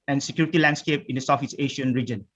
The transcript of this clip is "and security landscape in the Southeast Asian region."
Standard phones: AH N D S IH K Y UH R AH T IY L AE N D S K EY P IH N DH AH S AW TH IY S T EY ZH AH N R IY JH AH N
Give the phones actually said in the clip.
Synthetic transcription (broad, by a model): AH N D S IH K Y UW R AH T IY L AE N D S K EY P IH N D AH S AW F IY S EY SH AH N R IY JH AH N